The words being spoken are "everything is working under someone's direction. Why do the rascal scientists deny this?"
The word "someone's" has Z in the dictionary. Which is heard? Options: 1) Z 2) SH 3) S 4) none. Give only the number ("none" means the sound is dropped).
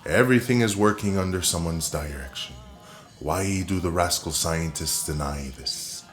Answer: 1